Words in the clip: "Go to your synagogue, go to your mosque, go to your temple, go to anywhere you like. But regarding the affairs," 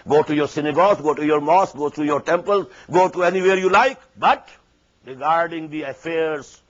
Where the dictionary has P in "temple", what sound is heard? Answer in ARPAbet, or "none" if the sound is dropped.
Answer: P